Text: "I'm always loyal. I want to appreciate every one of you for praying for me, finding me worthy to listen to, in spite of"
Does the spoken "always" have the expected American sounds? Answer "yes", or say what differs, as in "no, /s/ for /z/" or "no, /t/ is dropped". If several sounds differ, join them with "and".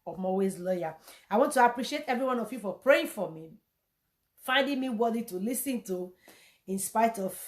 no, /l/ is dropped